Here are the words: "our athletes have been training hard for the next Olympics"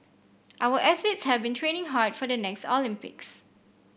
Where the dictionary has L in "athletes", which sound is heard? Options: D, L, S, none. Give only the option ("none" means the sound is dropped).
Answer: none